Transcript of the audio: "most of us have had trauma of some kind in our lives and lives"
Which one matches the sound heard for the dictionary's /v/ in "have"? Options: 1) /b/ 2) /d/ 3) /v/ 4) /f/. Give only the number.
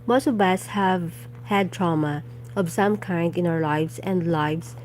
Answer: 3